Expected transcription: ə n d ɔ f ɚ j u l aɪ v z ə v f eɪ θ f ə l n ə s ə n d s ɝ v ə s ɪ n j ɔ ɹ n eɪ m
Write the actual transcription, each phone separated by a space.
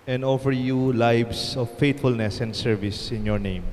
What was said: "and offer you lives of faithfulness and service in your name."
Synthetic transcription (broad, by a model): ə n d ɔ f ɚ j u l aɪ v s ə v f eɪ t f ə l n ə s ə n d s ɝ v ə s ɪ n j ɔ ɹ n eɪ m